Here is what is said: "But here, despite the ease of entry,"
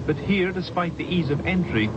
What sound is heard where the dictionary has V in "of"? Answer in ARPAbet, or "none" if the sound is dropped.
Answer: V